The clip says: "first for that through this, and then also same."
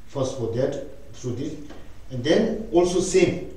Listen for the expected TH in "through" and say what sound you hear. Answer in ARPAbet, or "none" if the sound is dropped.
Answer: T